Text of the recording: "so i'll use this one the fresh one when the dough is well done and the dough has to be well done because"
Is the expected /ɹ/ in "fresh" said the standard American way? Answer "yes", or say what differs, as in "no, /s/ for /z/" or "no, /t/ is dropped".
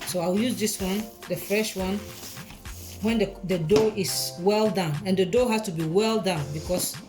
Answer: yes